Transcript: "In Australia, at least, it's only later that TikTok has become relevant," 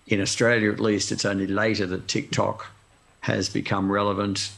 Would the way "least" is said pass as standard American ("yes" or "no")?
yes